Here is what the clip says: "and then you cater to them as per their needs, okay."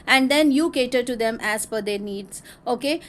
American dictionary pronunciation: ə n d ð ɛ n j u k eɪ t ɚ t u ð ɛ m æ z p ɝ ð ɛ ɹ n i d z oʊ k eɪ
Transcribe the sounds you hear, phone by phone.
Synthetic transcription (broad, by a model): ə n d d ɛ n j u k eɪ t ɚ t u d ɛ m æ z f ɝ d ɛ ɹ n i d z oʊ k eɪ